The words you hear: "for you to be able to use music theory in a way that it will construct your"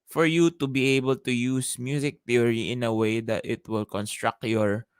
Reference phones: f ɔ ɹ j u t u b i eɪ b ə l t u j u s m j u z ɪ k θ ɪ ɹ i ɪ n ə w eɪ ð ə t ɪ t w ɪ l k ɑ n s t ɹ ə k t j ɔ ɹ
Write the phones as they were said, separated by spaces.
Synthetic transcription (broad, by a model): f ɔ ɹ j u t u b i eɪ b ə l t u j u s m j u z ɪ k t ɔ ɹ i ɪ n ə w eɪ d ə t ɪ t w ɪ l k ɑ n s t ɹ ə k t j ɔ ɹ